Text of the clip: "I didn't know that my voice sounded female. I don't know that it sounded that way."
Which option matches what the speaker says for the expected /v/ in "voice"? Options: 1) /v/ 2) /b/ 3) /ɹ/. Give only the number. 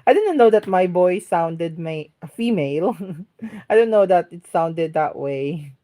2